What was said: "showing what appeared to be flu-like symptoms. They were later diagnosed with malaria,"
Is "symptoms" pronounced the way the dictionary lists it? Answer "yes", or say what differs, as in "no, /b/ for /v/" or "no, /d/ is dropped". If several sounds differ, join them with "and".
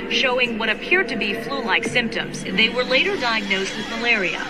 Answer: yes